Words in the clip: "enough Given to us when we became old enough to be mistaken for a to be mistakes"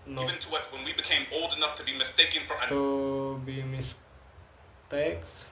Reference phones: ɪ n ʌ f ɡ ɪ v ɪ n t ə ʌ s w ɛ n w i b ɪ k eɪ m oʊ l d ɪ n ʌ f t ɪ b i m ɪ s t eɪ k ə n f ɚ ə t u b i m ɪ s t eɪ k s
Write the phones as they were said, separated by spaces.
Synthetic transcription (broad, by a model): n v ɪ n t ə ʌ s w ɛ n w i b ɪ k eɪ m oʊ l d ɪ n ʌ f t ɪ b i m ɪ s t eɪ k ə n f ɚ ə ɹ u b i m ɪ s t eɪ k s